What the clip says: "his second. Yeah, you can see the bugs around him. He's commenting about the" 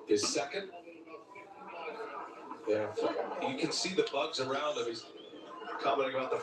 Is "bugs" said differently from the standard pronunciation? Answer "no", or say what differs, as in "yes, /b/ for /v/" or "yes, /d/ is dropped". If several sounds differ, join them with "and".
no